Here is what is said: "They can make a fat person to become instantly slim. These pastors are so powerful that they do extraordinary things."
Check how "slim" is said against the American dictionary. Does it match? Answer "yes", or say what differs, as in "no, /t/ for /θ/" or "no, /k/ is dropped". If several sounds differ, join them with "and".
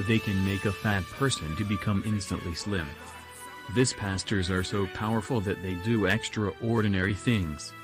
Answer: yes